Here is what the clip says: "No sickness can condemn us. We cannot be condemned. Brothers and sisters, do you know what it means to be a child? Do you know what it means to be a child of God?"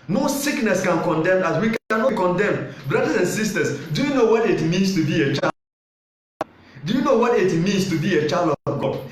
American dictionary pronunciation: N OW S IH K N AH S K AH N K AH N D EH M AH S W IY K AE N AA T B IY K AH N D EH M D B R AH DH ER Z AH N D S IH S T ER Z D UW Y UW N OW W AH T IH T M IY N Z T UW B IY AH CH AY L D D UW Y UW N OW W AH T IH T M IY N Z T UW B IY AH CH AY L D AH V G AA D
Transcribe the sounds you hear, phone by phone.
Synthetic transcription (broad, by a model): N OW S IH K N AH S K AH N K AH N D EH M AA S W IY K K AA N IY K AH N D EH M B R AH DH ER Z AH N S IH S T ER S D UW Y UW N OW W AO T IH T M IY N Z T UW B IY AH CH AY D D UW Y UW N OW W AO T IH T M IY N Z T UW B IY AH CH AY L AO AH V G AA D